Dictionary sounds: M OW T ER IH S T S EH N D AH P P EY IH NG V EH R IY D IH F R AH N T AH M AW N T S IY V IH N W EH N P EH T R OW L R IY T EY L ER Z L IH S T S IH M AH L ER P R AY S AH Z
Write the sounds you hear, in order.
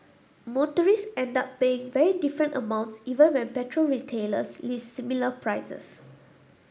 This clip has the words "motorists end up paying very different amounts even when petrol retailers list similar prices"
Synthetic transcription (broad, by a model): M OW T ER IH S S EH N D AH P P EY IH NG V EH R IY D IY F R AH N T AH M AW N T S IY V IH N W EH N P EH T R OW L R IY T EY L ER S L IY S S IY M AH L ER P R AY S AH S